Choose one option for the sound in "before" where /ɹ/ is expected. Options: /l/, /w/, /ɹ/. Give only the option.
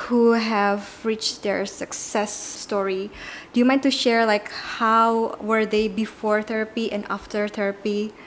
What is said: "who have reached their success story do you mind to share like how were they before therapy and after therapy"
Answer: /ɹ/